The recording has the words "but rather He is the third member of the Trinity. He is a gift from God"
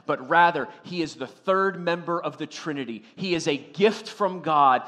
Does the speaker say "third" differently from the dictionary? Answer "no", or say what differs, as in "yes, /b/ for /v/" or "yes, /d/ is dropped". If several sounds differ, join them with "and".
no